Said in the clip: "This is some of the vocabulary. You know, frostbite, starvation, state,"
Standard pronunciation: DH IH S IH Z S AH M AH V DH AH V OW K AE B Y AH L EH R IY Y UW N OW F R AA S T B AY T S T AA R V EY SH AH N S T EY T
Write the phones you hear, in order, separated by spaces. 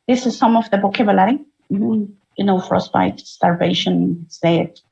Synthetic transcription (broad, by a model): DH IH S IH Z S AH M AH V DH AH B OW K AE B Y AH L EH R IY Y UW N OW F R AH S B AY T S T AA R V EY SH AH N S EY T